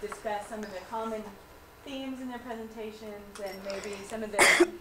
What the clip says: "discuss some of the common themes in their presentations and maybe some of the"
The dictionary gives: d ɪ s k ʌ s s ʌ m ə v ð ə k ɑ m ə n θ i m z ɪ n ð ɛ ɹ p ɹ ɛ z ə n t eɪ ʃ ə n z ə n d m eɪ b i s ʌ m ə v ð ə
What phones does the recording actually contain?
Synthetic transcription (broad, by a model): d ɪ s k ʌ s s ʌ m ə v ð ə k ɑ m ə n θ i m z ɪ n ð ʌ ɹ p ɹ ɛ z ə n t eɪ ʃ ə n z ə n m eɪ b i s ʌ m ə v ð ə